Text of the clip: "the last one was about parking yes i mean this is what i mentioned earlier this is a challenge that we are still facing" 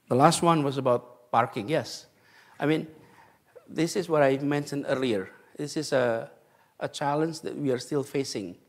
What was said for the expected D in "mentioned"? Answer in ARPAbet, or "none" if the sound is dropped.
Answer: D